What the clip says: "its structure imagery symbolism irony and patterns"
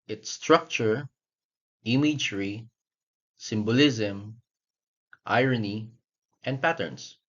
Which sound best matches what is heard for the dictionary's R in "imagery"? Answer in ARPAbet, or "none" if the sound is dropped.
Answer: R